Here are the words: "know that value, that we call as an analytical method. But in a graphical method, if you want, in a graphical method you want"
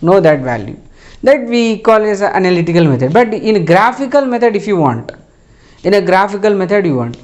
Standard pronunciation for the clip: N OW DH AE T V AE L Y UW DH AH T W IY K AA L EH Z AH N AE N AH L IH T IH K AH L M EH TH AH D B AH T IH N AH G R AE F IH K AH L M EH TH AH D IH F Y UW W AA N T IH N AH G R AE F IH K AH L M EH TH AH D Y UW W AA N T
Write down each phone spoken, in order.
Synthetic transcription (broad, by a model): N OW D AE T V AE L Y UW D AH T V IY K AA L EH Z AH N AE N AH L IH T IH K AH L M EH T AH D B AH T IH N AH G R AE F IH K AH L M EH T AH D IH F Y UW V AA N T IH N AH G R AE F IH K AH L M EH T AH D Y UW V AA N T